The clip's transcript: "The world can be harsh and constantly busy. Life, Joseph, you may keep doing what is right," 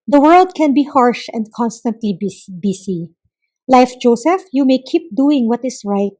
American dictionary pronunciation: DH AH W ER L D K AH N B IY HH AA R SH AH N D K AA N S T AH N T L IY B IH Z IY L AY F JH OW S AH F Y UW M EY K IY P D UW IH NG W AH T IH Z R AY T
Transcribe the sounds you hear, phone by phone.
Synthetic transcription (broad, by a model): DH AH W ER L D K AH N B IY HH AA R SH AH N D K AA N S T AH N T L IY B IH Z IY L AY F JH OW S AH F Y UW M EY K IY P D UW IH NG W AH T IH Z R AY T